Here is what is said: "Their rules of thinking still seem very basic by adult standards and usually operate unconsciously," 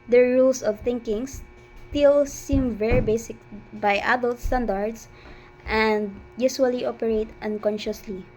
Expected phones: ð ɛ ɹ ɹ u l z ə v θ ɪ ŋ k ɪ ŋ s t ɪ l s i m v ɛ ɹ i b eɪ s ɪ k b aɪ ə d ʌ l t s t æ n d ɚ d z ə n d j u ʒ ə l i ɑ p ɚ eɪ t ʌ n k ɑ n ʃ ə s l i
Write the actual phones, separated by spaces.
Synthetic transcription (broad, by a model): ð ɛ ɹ ɹ u l s ə v θ ɪ ŋ k ɪ ŋ s t ɪ l s i m v ɛ ɹ i b eɪ s ɪ k b aɪ ə d ʌ l t s t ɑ n d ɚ d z ə n d j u s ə l i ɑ p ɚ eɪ t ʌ n k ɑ n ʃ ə s l i